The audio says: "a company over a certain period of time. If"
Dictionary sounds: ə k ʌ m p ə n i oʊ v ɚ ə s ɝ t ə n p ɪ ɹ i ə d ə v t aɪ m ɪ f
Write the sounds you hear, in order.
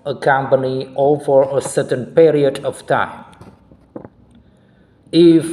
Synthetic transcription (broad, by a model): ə k ʌ m p ə n i oʊ v ɚ ə s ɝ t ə n p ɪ ɹ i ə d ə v t aɪ m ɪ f